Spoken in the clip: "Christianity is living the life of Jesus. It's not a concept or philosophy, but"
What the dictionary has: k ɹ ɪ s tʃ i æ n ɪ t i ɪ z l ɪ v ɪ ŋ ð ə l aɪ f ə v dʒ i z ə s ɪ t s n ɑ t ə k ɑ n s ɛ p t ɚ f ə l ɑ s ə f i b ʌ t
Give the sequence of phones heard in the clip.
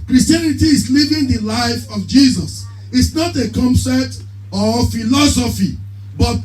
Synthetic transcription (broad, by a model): k ɹ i s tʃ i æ n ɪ t i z l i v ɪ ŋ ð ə l aɪ f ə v dʒ i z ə s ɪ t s n ɑ t ə k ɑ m s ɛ t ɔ f ə l ɑ s ə f i b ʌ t